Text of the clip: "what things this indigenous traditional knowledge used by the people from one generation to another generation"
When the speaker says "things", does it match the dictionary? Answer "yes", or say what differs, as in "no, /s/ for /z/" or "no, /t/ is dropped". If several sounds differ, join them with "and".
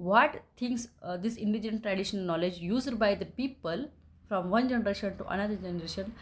no, /t/ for /θ/